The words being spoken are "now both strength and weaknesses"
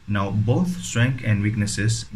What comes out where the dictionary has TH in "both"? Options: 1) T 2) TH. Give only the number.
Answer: 1